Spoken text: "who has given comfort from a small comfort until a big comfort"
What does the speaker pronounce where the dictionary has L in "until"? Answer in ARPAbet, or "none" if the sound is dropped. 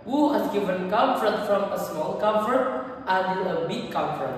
N